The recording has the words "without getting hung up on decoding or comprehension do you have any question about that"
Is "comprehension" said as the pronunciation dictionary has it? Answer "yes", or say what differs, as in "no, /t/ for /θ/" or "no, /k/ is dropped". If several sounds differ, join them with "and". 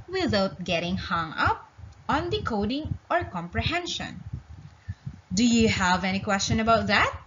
yes